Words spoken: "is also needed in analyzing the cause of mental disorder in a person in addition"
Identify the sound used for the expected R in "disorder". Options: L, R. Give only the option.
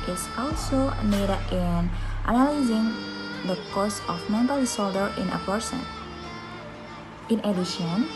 L